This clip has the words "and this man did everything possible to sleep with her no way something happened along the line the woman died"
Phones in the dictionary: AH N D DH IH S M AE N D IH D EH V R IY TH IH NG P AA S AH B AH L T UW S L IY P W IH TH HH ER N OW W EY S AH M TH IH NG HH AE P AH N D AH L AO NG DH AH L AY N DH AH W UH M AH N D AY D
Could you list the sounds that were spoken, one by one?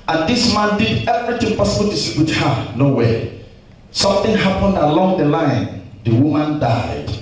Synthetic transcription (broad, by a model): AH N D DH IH S M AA N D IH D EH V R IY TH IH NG P AA S AH B AH L T UW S IY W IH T HH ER N OW W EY S AH M TH IH NG HH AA P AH N D AH L AO NG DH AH L AY N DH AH W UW M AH N D AY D